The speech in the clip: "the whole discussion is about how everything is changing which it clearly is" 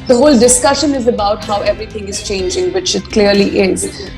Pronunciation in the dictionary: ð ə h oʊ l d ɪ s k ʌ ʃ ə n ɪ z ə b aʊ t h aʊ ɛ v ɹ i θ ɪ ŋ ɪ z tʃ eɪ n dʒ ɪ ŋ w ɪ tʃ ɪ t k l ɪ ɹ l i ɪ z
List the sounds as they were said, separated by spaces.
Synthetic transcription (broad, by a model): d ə h oʊ l d ɪ s k ʌ ʃ ə n ɪ z ə b aʊ t h aʊ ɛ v ɹ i t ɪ ŋ ɪ z tʃ eɪ n dʒ ɪ ŋ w ɪ tʃ ɪ t k l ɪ ɹ l i ɪ z